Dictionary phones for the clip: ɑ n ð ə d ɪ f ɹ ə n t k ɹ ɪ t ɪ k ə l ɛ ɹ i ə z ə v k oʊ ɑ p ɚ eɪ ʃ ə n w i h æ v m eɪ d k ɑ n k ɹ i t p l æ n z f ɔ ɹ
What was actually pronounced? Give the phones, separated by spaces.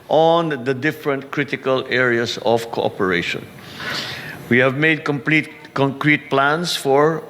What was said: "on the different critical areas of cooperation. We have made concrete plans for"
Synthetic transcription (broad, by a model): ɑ n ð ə d ɪ f ɹ ə n t k ɹ ɪ t ɪ k ə l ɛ ɹ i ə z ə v k oʊ ɑ p ɚ eɪ ʃ ə n w i h æ v m eɪ d k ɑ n k ɹ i t p l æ n s f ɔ ɹ